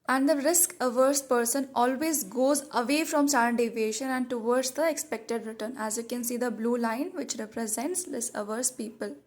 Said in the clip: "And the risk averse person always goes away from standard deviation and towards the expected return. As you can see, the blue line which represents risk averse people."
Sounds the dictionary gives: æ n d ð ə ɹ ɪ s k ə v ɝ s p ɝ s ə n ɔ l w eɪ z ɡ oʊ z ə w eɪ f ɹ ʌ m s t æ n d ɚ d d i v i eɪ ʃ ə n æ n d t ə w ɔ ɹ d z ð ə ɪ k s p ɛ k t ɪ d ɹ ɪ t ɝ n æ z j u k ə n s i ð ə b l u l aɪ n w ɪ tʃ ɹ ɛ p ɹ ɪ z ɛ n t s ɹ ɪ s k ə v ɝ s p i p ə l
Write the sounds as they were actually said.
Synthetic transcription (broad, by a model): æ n d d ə ɹ ɪ s k ə v ɝ s p ɝ s ə n ɔ l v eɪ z ɡ oʊ z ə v eɪ f ɹ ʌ m s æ d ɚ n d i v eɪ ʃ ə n æ n d t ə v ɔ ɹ d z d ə ɪ k s p ɛ k t ɪ d ɹ ɪ t ɝ n æ z j u k ə n s i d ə b l u l aɪ n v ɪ tʃ ɹ ɛ p ɹ ɪ z ɛ n t s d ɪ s ə v ɝ s p i p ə l